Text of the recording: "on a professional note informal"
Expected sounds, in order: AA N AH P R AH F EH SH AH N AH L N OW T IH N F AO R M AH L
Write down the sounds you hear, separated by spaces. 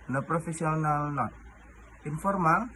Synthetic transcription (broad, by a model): N AH P R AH F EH S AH N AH L N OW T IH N F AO R M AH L